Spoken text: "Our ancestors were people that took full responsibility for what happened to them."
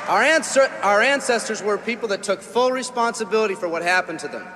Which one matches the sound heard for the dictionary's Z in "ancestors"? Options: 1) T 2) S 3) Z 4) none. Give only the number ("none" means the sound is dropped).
3